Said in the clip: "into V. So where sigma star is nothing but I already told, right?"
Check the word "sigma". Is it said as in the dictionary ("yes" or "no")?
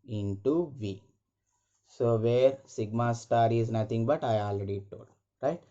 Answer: yes